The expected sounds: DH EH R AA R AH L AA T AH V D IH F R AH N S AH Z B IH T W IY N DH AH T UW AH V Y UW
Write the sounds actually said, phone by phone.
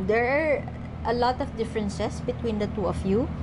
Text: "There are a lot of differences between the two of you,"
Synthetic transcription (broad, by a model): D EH R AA R AH L AA T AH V D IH F R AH N S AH S B IH T W IY N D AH T UW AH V Y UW